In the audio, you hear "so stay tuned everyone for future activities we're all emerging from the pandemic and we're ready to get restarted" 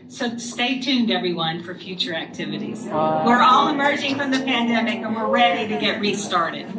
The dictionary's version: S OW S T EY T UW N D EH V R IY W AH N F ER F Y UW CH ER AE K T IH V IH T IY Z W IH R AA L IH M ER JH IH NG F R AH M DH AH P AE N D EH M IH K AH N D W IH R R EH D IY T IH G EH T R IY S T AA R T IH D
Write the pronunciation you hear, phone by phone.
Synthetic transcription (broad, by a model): S OW S T EY T UW N D EH V R IY W AH N F ER F Y UW CH ER AE K T IH V IH T IY Z W IH R AA L IH M ER JH IH NG F R AH M DH AH P AE N D EH M IH K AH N W IH R R EH D IY T IH G EH T R IY S T AA R T IH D